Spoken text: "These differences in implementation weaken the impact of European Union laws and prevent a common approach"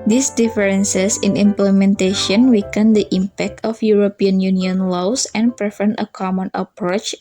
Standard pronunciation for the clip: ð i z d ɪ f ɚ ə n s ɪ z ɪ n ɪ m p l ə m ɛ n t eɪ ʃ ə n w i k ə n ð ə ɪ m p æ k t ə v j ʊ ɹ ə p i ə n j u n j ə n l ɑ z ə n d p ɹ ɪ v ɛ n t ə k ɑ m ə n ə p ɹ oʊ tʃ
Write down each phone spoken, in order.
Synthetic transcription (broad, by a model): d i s d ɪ f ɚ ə n s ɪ s ɪ n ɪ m p l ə m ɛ n t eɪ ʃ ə n w i k ə n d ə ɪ m p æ k t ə f j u ɹ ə p i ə n j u n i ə n l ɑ s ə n p ɹ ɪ f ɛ n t ə k ɑ m ə n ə p ɹ oʊ tʃ